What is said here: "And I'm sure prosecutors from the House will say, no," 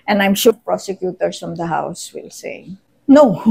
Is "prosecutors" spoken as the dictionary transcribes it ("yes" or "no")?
no